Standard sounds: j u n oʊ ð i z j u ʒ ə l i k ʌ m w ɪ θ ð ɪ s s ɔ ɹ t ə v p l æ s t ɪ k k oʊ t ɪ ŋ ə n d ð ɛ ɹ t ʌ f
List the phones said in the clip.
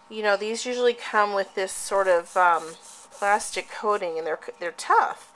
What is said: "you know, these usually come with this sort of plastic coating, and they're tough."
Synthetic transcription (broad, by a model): j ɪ n oʊ ð i z j u ʒ l i k ʌ m w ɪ ð ɪ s s ɔ ɹ t ə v p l æ s t ɪ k k oʊ t ɪ ŋ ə n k ð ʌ ɹ t ʌ f